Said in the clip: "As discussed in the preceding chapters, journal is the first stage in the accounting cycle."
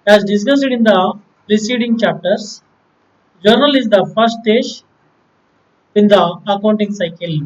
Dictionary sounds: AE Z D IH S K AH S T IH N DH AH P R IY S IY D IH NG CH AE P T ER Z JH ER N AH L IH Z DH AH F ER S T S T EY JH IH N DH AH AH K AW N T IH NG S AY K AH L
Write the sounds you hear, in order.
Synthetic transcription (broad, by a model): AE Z D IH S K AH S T IH N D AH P R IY S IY D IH NG CH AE P T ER S JH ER N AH L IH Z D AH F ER T S T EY SH IH N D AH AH K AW N T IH NG S AY K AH L